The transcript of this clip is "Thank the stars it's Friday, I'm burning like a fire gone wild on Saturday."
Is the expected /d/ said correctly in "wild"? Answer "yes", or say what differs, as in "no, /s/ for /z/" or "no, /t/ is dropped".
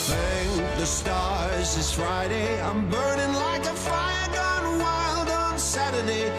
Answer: yes